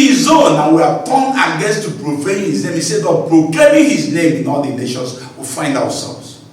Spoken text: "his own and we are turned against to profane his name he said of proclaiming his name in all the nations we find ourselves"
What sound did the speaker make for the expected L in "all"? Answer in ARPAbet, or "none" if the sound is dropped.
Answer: L